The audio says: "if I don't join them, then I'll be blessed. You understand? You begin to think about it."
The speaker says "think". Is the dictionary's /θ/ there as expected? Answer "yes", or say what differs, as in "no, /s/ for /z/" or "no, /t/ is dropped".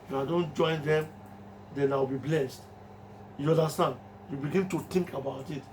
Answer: no, /t/ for /θ/